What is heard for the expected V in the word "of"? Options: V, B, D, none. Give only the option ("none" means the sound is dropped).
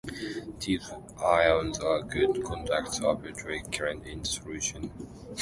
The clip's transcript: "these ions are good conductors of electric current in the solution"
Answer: B